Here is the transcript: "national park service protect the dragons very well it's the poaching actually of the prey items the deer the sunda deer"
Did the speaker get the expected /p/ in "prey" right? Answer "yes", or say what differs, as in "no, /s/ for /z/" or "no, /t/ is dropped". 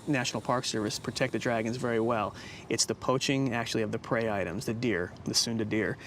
yes